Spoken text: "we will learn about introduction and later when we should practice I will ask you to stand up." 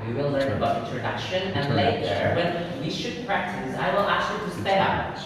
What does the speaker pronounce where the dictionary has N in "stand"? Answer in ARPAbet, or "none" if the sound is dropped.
none